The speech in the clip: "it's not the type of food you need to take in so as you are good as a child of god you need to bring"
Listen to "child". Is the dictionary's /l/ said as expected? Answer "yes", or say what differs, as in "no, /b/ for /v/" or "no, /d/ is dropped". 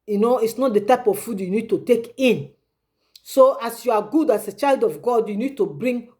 yes